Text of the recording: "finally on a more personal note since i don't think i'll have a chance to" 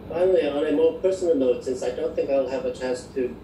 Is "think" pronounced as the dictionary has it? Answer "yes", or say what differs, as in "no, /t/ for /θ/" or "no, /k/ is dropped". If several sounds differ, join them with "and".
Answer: yes